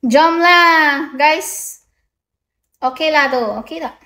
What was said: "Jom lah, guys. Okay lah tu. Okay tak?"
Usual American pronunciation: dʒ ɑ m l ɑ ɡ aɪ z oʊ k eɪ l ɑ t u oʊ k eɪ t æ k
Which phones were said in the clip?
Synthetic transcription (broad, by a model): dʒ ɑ m l ɑ ɡ aɪ s oʊ k eɪ l ɑ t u oʊ k eɪ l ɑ